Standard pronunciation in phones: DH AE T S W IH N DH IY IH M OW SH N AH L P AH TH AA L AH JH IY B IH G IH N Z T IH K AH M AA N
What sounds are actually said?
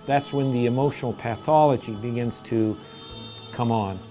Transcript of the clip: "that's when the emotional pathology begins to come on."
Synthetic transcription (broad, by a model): DH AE T S W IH N DH IY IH M OW SH N L P AH TH AA L AH JH IY B IH G IH N Z T IH K AH M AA N